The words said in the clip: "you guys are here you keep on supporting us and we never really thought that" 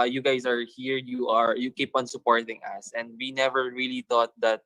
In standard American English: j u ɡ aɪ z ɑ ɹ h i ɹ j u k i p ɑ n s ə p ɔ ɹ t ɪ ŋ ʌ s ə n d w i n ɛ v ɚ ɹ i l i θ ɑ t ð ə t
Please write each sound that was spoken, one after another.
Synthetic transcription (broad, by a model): j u ɡ aɪ s ɑ ɹ h i ɹ j u k i p ɑ n s ə p ɔ ɹ t ɪ ŋ ʌ s ə n d w i n ɛ v ɚ ɹ i l i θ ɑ t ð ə t